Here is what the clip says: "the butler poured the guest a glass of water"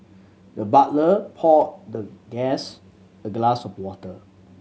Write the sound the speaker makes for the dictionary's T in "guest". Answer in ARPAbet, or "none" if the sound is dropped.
none